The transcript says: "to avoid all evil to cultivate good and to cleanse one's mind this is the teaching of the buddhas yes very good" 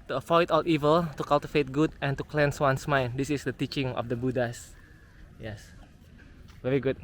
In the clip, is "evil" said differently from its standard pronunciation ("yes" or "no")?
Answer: no